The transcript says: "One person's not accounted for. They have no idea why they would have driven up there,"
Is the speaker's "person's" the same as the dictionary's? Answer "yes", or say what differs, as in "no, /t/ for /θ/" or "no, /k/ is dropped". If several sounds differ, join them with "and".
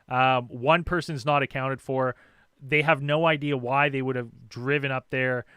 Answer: yes